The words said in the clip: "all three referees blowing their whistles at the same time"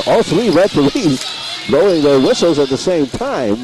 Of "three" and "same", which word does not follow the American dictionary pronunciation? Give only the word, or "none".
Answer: none